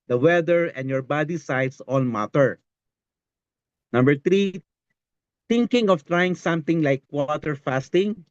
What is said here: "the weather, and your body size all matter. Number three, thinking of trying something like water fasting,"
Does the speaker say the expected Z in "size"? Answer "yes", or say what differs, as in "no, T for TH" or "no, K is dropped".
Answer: no, S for Z